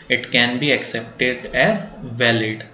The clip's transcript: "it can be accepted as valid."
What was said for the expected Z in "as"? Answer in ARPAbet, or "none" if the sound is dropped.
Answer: Z